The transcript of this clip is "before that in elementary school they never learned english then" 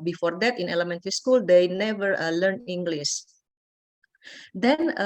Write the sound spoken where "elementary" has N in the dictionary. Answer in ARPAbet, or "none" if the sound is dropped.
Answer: N